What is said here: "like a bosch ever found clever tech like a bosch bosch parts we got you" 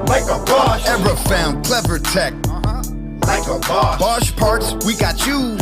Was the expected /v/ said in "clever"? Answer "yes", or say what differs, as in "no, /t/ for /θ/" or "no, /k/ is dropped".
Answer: yes